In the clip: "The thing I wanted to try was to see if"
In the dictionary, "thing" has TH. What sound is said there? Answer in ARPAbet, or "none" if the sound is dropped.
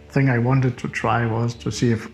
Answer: TH